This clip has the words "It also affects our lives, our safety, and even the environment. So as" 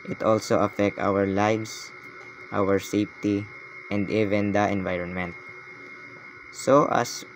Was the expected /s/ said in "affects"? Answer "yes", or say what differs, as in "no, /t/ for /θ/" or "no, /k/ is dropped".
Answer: no, /s/ is dropped